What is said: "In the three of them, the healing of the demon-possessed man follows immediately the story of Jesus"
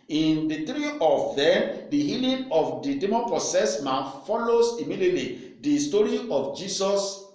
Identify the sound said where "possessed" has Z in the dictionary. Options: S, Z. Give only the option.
S